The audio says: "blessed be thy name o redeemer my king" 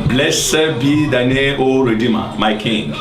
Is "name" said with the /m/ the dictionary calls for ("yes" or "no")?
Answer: no